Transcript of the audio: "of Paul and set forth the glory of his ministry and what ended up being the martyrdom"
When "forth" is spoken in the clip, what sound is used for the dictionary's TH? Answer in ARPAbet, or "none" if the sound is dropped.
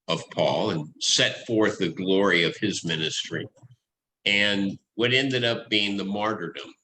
TH